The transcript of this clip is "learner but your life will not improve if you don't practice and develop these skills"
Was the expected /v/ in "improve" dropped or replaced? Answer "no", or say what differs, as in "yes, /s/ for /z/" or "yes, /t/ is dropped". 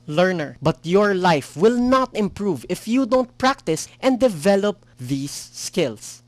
no